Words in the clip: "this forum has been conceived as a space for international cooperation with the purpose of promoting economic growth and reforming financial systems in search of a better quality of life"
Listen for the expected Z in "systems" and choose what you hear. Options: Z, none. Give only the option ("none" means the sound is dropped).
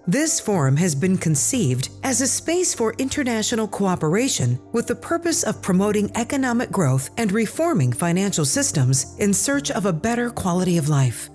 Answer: Z